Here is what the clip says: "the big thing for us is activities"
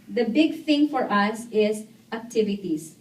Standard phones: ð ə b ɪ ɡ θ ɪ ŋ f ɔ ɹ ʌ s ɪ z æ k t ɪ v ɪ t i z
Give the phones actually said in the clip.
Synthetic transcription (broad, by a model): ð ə b ɪ ɡ θ ɪ ŋ f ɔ ɹ ʌ s ɪ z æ k t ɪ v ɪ t i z